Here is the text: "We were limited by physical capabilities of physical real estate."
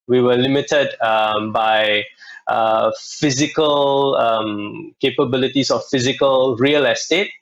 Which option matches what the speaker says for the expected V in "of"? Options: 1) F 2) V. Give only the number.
1